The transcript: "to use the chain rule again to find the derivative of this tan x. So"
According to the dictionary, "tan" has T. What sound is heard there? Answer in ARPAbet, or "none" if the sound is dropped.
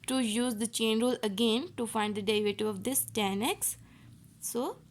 T